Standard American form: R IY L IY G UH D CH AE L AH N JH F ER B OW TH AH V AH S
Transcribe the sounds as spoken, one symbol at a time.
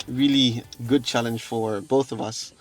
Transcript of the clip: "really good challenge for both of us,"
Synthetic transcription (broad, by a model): R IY L IY G UH D CH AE L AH N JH F ER B OW TH AH V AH S